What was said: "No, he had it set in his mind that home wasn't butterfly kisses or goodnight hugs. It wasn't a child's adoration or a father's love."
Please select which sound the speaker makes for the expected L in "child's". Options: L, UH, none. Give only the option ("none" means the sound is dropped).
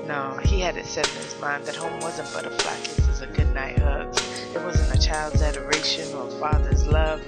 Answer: L